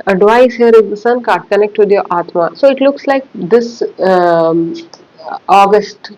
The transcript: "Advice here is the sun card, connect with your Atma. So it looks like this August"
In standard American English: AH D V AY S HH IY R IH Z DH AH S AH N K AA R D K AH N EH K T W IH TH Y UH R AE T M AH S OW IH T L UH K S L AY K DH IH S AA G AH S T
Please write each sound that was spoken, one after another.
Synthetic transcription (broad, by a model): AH D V AY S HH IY R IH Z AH S AH N K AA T K AH N EH K T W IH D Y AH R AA T M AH S OW IH T L UH K S L AY K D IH S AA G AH S T